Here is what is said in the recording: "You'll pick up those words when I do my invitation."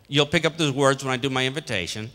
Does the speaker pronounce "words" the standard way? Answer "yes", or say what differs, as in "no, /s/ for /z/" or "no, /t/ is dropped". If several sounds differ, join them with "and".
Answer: yes